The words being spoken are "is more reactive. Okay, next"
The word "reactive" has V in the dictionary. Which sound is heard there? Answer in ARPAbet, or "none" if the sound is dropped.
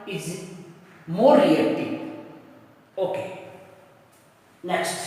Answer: none